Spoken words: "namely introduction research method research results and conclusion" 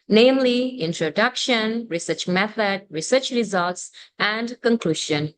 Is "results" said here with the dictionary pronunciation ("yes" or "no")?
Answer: yes